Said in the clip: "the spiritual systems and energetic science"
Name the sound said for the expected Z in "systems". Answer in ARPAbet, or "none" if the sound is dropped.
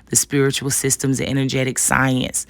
Z